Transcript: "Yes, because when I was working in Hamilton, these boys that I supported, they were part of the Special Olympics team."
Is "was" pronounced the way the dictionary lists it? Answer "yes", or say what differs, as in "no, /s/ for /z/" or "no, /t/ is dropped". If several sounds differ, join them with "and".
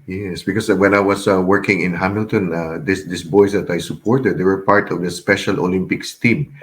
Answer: no, /s/ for /z/